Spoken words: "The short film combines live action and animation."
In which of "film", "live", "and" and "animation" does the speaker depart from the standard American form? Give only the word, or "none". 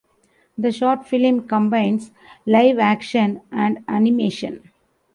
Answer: none